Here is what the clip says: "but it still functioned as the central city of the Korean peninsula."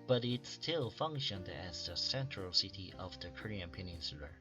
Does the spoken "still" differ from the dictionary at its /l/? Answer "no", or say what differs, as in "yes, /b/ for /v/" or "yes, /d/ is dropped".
no